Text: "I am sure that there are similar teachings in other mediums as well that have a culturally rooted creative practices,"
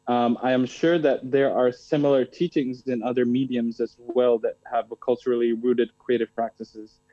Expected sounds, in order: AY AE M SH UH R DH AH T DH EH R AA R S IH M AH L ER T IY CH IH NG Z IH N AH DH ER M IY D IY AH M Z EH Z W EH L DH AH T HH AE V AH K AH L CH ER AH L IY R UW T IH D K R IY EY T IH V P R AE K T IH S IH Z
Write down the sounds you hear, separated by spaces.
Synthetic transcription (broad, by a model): AY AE M SH UH R DH AH T DH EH R AA R S IH M L ER T IY CH IH NG Z IH N AH DH ER M IY D IY AH M Z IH Z W EH L DH AH T HH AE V K AH L CH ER L IY R UW T IH D K R IY EY T IH V P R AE K T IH S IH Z